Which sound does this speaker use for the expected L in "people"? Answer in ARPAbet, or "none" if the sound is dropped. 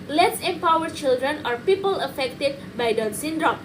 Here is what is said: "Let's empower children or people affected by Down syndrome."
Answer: L